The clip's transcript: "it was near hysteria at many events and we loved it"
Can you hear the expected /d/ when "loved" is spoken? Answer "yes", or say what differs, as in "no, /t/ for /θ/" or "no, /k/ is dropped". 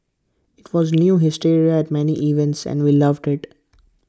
yes